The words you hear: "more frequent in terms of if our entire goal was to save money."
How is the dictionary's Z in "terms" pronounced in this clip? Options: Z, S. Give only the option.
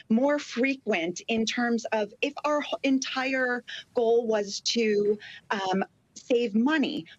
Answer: Z